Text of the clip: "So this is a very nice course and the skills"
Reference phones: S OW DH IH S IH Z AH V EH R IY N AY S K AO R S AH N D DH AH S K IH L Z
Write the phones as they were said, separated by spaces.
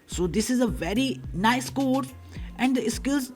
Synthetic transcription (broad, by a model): S OW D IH S IH Z AH V EH R IY N AY S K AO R AH N D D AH S K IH L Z